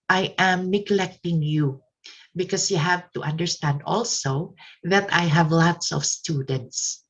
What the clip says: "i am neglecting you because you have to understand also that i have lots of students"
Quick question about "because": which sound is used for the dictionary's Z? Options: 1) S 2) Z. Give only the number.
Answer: 1